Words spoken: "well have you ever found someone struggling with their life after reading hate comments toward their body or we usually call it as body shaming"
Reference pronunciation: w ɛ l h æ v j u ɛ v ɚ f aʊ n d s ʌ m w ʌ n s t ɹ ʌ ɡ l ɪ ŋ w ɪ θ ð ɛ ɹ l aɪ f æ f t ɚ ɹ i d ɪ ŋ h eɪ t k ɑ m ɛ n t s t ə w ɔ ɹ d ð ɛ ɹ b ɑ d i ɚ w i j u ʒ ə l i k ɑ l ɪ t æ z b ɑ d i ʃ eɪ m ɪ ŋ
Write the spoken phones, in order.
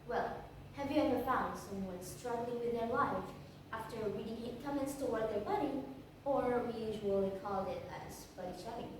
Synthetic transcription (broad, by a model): w ɛ l h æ v j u ɛ v ɚ f aʊ n d s ʌ m w ʌ n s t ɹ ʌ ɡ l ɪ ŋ w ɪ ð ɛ ɹ l aɪ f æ f t ɚ w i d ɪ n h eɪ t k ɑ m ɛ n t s t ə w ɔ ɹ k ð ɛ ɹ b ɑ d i ɚ w i j u ʒ ə l i k ɑ l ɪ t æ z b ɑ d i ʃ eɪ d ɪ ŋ